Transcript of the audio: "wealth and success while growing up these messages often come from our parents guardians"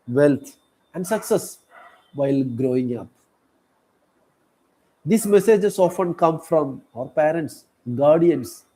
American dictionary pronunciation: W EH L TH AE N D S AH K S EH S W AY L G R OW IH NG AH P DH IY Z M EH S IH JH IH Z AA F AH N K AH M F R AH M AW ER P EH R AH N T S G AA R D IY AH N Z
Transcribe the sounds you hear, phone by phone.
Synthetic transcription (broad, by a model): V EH L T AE N D S AH K S EH S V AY L G R OW IH NG AH P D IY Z M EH S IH JH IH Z AA F AH N K AH M F R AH M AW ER P EH R AH N T S G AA R D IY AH N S